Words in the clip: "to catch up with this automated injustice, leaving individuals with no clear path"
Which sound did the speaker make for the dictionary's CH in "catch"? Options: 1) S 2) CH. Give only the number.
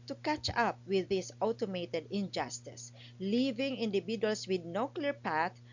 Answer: 2